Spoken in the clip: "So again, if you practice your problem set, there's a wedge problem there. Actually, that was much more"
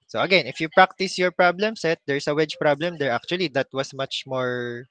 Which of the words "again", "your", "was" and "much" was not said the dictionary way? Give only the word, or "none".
was